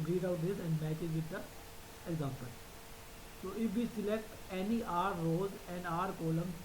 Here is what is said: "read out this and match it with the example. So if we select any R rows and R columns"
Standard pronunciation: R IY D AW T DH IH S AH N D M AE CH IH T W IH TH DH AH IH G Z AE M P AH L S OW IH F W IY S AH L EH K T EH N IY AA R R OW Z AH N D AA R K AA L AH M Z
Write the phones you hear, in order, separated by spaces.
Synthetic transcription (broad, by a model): R IY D AW T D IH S AH N D M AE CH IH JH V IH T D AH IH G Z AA M P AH L S OW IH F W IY S AH L EH K T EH N IY AA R R OW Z AH N D AA R K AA L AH M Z